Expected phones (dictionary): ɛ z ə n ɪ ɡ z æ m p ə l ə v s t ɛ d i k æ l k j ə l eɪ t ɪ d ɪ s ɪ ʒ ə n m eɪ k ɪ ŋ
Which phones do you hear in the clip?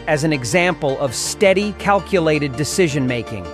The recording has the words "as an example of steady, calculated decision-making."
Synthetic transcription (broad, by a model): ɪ z n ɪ ɡ z æ m p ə l ə v s t ɛ d i k æ l k j ə l eɪ t ɪ d ɪ s ɪ ʒ ə n m eɪ k ɪ ŋ